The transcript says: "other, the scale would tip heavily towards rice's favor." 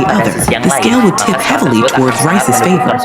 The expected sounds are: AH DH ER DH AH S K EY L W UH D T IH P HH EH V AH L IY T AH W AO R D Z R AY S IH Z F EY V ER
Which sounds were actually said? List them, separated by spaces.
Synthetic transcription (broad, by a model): AH DH ER DH AH S K EY L W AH D T IH P HH EH V L IY T AH W AO R D Z R AY S IH Z F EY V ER